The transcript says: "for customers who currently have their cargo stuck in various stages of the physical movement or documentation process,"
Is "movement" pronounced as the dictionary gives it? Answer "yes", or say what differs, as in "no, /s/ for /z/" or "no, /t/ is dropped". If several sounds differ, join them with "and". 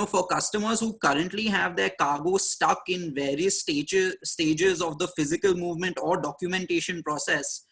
yes